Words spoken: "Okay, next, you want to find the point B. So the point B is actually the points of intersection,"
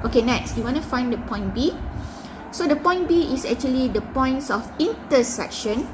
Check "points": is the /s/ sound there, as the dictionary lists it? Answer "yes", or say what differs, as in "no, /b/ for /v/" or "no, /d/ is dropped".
yes